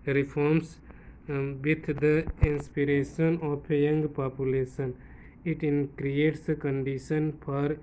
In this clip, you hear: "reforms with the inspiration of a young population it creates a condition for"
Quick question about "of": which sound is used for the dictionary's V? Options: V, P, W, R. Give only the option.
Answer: P